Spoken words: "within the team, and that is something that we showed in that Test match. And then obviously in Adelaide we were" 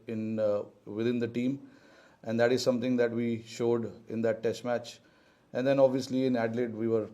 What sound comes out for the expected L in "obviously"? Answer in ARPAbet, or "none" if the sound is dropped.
L